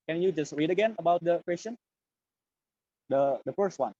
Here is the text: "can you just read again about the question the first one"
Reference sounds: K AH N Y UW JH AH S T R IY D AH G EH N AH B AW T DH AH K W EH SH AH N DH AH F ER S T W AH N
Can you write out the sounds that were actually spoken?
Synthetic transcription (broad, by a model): K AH N Y UW JH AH S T R IY D AH G EH N AH B AW T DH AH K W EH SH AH N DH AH F ER S T W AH N